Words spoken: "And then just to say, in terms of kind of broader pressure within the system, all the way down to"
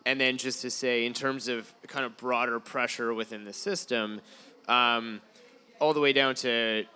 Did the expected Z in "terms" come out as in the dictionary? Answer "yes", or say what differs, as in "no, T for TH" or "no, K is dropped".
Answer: yes